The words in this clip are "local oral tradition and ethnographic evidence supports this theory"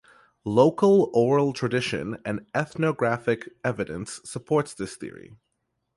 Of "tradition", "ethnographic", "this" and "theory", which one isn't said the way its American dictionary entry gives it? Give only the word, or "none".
none